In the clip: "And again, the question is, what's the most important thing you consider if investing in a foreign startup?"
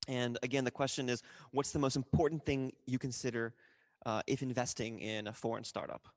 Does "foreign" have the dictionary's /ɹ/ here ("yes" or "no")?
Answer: yes